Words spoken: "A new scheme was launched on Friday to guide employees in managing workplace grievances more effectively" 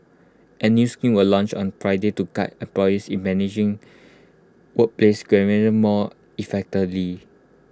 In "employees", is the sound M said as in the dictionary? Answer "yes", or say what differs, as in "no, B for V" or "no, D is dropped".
no, M is dropped